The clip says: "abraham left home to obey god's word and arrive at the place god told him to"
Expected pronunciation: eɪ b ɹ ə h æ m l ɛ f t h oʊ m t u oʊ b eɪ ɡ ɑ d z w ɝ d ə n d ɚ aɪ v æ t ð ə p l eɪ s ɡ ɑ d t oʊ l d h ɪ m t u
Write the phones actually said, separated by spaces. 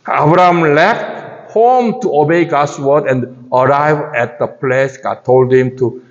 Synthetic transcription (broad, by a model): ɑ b ɹ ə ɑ m l ɛ f t h oʊ m t u oʊ b eɪ ɡ ɑ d s w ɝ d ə n ɚ aɪ v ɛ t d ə p l eɪ s ɡ ɑ d t oʊ l d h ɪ m t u